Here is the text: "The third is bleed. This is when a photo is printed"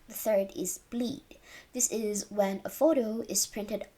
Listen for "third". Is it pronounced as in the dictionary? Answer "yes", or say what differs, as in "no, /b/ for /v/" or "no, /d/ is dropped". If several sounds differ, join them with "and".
yes